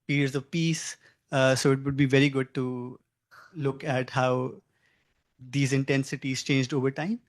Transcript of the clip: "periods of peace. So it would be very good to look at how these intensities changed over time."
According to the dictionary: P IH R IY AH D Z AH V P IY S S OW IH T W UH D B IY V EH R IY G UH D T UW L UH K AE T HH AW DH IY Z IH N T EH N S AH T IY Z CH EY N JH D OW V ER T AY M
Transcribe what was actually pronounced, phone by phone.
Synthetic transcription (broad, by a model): P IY R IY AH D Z AH V P IY S S OW IH T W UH D B IY V EH R IY G UH D T UW L UH K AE T HH AW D IY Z IH N T EH N S AH T IY Z CH EY N JH D OW V ER T AY M